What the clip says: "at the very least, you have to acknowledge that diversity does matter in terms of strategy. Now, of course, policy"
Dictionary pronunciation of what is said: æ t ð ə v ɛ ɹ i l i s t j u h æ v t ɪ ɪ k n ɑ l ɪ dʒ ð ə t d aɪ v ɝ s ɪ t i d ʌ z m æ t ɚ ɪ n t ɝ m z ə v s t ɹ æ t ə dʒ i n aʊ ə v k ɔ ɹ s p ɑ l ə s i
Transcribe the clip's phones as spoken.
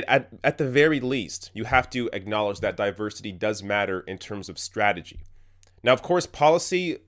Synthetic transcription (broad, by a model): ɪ t ð ə v ɛ ɹ i l i s t j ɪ h æ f t ɪ ɪ k n ɑ l ɪ dʒ ð ə t d aɪ v ɝ s ɪ t i d ʌ z m æ t ɚ ɪ n t ɝ m z ə v s t ɹ æ t ə dʒ i n aʊ ə v k ɔ ɹ s p ɑ l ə s i